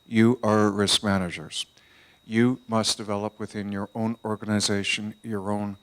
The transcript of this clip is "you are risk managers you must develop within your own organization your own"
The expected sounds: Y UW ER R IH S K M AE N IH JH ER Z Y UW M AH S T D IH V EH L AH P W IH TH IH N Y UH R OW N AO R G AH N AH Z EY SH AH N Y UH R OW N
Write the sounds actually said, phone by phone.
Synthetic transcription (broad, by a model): Y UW ER R IH S K M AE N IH JH ER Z Y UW M AH S D IH V EH L AH P W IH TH IH N Y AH R OW N AO R G AH N AH Z EY SH AH N Y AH R OW N